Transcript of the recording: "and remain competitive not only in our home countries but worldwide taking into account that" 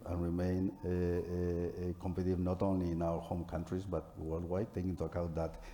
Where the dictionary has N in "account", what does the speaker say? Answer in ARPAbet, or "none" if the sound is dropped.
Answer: none